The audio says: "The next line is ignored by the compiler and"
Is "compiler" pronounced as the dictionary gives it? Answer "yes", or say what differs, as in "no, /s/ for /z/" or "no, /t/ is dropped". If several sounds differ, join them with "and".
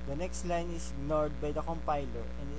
yes